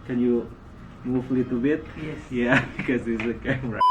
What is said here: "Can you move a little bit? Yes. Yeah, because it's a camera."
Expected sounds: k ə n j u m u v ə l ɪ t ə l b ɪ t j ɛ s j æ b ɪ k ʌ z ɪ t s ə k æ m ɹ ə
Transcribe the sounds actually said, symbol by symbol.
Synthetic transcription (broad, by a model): k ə n j u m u ə l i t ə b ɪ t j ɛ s j æ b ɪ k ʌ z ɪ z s ə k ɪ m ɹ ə